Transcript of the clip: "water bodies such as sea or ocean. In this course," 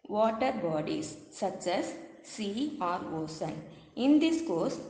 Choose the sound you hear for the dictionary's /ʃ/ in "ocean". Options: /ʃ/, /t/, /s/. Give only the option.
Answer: /s/